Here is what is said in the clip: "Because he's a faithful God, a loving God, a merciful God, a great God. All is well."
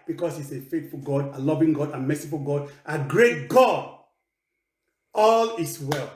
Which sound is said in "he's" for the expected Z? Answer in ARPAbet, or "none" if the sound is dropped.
S